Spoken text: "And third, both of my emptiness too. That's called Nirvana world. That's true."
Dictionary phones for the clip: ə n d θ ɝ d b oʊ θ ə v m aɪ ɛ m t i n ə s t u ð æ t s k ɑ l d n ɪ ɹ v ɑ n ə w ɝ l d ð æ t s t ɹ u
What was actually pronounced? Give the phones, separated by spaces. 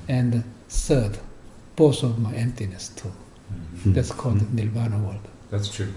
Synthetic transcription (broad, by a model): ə n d s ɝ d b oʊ s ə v m aɪ ɛ m t i n ə s t u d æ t s k ɑ l d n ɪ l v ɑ n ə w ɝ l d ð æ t s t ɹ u